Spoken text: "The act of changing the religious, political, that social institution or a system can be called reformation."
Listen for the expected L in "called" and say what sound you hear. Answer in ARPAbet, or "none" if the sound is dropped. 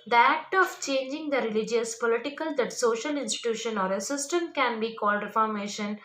L